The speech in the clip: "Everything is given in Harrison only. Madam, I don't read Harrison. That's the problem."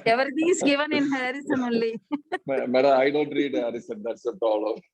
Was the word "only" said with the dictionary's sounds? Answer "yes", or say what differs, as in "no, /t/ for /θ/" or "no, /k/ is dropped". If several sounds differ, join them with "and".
no, /n/ is dropped